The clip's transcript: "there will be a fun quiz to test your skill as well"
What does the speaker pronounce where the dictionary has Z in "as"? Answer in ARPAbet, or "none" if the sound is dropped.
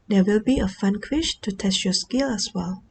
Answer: S